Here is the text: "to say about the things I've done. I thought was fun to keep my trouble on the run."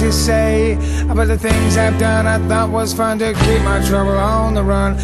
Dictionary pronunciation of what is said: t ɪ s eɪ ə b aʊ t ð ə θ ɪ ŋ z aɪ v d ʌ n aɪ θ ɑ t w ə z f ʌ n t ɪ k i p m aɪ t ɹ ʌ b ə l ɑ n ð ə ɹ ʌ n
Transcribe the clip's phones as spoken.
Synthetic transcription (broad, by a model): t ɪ s eɪ ə b aʊ t ð ə θ ɪ ŋ z aɪ v d ʌ n aɪ θ ɑ t w ə z f ʌ n t ɪ k i p m aɪ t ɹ ʌ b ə l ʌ n ð ə ɹ ʌ n